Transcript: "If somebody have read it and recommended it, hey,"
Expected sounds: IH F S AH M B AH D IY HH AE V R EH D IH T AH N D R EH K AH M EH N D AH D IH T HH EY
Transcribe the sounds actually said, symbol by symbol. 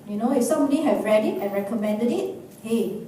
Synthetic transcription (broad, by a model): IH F S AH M AH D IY HH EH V R EH D IH T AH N R EH K AH M EH N D AH D IH T HH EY